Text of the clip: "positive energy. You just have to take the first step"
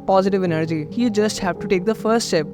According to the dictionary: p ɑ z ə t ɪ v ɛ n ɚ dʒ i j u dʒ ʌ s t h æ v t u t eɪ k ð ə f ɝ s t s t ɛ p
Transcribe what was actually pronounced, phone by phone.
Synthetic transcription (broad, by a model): p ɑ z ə t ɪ v ɛ n ɚ dʒ i j u dʒ ʌ s t h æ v t u t eɪ k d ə f ɝ s t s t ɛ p